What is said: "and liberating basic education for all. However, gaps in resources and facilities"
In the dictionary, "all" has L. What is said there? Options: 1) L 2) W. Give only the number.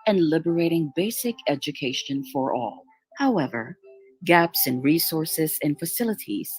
1